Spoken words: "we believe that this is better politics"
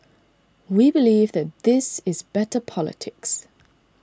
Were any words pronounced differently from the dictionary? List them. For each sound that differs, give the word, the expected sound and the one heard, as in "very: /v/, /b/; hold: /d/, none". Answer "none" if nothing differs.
none